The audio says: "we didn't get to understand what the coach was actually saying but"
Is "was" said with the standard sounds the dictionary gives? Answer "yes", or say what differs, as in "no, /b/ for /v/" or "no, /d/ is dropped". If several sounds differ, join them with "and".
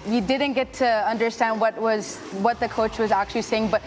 yes